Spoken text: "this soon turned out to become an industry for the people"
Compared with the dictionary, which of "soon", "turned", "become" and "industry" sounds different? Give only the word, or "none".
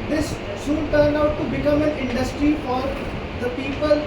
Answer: none